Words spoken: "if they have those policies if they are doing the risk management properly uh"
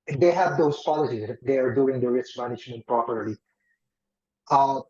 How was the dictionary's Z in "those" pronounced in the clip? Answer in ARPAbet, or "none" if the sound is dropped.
S